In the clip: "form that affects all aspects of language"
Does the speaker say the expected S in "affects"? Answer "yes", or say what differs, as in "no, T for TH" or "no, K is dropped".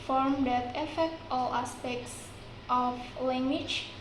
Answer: no, S is dropped